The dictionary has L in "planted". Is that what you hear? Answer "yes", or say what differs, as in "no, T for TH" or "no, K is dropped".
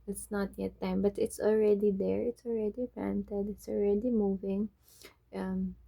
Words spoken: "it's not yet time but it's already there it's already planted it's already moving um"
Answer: no, L is dropped